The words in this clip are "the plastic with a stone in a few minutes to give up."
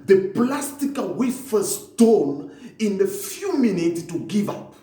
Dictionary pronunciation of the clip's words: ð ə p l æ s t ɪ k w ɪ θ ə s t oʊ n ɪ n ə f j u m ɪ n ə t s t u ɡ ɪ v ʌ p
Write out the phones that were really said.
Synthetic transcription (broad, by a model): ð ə p l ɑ s t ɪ k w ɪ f ə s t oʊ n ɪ n ə f j u m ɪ n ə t t u ɡ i v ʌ p